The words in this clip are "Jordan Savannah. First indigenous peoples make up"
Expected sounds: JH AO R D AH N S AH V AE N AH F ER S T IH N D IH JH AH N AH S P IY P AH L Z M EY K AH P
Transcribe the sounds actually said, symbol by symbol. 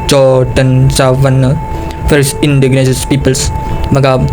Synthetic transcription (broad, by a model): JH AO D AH N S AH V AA N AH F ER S IH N D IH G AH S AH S P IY P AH L S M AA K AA